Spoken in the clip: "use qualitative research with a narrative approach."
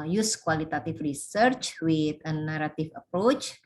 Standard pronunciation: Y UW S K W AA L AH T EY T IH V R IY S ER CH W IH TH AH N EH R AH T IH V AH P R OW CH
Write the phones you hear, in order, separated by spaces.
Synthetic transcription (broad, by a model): Y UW S K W AA L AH T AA T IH F R IY S ER CH W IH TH AH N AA R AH T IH F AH P R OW CH